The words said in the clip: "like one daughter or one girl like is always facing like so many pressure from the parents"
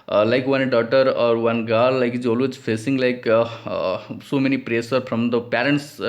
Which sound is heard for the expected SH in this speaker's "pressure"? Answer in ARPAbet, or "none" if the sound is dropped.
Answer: S